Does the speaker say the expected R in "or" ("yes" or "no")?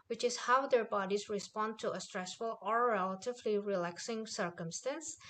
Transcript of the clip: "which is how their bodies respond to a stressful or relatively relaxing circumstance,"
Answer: yes